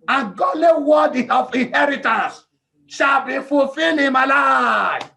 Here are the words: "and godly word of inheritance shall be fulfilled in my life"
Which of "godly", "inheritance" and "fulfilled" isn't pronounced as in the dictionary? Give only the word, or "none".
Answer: fulfilled